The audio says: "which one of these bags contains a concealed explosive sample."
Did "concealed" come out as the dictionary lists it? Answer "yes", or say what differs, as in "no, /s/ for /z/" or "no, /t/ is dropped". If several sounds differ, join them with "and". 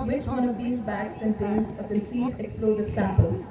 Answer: no, /l/ is dropped